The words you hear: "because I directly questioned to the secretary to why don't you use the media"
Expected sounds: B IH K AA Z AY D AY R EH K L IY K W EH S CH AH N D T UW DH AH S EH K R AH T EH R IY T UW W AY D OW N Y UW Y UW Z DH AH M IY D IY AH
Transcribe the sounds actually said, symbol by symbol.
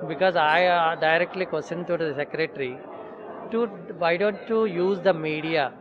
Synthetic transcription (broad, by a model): B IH K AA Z AY D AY R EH K L IY K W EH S AH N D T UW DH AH S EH K R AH T R IY T UW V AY D OW N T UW Y UW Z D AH M IY D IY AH